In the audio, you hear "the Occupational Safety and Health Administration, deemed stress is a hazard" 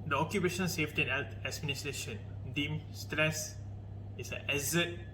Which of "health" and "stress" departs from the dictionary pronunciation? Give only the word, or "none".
health